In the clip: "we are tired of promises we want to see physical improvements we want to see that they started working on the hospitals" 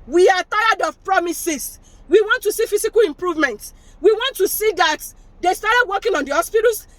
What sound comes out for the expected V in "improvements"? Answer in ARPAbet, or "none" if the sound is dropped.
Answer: V